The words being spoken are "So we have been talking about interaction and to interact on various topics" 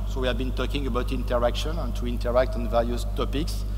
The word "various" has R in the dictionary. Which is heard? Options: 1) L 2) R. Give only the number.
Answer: 1